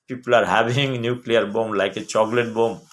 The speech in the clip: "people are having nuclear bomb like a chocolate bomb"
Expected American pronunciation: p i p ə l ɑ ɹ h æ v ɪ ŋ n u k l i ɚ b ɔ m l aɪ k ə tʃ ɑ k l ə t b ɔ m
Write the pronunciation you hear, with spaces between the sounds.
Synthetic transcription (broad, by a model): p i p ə l ɑ ɹ h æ b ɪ ŋ n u k l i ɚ b ɔ m l aɪ k ə tʃ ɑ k l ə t b ɔ m